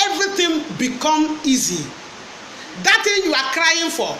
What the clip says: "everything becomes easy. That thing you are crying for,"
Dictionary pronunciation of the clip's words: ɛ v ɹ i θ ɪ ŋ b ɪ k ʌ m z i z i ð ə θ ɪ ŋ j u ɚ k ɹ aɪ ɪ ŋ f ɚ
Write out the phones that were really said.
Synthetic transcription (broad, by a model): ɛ v ɹ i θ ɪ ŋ b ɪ k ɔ m i z i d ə t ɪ j u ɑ k ɹ aɪ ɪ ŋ f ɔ